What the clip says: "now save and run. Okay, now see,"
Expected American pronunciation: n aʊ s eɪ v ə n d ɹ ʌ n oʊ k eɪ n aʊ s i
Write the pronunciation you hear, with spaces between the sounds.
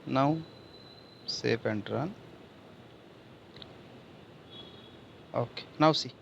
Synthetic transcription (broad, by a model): n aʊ s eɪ p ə n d ɹ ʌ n oʊ k eɪ n aʊ s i